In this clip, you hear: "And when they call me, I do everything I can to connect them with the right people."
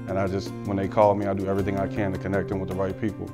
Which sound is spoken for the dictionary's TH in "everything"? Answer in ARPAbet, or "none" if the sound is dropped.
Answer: TH